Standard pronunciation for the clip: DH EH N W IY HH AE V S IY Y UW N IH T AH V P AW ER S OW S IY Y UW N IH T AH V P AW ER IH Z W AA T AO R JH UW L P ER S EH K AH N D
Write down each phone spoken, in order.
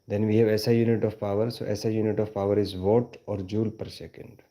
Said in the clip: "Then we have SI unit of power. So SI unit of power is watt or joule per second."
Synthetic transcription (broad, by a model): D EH N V IY HH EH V S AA Y UW N IH T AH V P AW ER S OW S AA Y UW N IH T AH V P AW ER IH Z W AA T AO R JH UW L P ER S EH K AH N D